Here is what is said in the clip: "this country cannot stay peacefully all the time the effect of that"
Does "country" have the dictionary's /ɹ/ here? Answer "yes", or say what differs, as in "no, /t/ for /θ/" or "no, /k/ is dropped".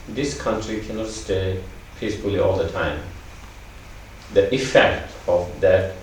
yes